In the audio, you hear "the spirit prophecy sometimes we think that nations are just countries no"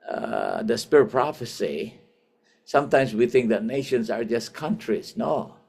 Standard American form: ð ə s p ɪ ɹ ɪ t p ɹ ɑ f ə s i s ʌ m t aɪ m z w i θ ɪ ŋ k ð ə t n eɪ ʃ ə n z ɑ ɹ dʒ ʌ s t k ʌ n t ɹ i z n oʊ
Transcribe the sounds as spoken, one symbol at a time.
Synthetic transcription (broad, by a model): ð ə s p ɪ ɹ ɪ t p ɹ ɑ f ə s i s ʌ m t aɪ m s w i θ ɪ ŋ k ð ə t n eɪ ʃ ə n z ɑ ɹ dʒ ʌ s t k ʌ n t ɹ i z n oʊ